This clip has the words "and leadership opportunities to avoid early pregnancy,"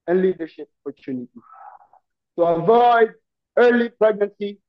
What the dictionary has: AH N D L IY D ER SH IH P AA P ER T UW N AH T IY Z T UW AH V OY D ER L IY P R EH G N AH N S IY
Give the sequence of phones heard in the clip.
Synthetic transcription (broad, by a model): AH N L IY D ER SH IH P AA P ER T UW N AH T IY T UW AH V OY D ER L IY P R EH G N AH N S IY